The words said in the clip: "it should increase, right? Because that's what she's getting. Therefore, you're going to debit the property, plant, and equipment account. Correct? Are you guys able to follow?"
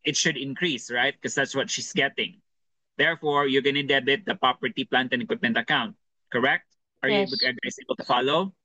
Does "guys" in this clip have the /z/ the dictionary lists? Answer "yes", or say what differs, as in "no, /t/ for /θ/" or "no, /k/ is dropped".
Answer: no, /s/ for /z/